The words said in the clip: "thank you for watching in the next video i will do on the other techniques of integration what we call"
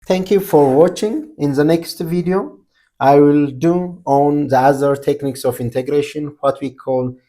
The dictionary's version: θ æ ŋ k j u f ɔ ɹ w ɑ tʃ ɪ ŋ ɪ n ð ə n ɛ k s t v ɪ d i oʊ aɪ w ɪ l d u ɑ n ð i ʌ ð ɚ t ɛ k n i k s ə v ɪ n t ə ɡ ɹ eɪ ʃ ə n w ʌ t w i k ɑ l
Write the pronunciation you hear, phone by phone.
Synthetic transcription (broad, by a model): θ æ ŋ k j u f ɔ ɹ w ɑ tʃ ɪ ŋ ɪ n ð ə n ɛ k s t v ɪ d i oʊ aɪ w ɪ l d u ɑ n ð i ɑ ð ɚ t ɛ k n i k s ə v ɪ n t ə ɡ ɹ eɪ ʃ ə n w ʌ t w i k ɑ l